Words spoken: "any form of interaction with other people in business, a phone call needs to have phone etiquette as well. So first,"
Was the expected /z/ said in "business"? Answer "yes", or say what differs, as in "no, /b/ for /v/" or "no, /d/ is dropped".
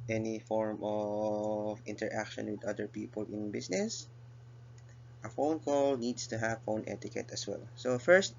no, /s/ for /z/